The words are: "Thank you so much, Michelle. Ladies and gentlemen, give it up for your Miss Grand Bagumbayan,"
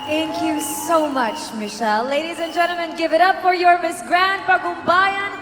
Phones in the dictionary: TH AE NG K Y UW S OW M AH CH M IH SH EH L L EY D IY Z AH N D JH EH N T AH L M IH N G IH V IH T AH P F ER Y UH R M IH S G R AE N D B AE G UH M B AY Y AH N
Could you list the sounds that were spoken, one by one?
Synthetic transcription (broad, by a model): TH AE NG K Y UW S OW M AH CH M IH SH EH L L EY D IY Z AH N JH EH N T L M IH N G IH V IH T AH P F ER Y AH R M IH S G R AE N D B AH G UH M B AY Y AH N